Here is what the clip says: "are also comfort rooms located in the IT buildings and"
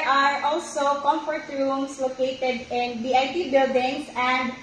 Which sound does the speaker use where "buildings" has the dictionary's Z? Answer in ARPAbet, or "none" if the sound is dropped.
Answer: S